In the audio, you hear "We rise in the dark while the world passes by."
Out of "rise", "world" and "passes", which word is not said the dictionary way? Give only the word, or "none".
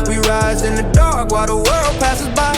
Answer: none